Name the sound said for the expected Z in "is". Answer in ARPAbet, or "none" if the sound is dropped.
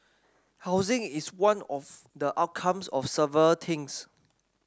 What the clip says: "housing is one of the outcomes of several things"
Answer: S